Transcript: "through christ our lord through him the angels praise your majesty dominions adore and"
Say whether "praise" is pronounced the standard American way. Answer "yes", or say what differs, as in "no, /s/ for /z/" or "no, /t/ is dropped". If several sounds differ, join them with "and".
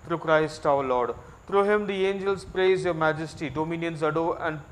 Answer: yes